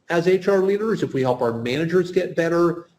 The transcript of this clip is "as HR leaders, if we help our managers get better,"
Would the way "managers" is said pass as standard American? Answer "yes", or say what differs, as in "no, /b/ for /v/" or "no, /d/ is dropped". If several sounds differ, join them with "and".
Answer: yes